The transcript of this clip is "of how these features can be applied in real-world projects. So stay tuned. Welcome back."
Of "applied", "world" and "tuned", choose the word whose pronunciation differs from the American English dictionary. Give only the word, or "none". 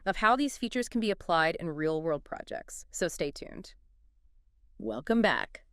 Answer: none